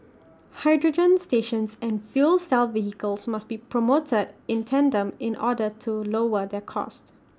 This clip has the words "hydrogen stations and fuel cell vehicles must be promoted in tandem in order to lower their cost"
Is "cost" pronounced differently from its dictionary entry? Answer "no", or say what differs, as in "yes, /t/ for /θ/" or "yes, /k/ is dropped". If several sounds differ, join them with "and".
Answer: no